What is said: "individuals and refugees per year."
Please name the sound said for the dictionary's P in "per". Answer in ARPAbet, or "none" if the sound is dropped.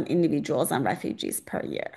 P